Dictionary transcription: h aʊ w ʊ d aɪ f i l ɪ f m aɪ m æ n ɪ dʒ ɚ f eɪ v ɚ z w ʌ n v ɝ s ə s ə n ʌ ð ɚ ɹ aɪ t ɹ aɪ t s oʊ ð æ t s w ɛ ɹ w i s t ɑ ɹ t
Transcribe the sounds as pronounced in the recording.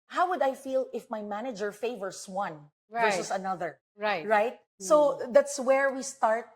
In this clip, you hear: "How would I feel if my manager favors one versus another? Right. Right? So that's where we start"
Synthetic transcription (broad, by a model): h aʊ w ʊ d aɪ f i l ɪ f m aɪ m æ n ɪ dʒ ɚ f eɪ v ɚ s w ʌ n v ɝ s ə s ə n ʌ ð ɚ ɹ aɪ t ɹ aɪ t s oʊ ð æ t s w ɛ ɹ w i s t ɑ ɹ t